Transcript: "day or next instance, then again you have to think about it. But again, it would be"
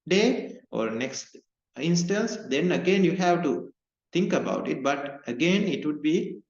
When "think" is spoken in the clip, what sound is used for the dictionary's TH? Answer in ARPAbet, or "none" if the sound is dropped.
T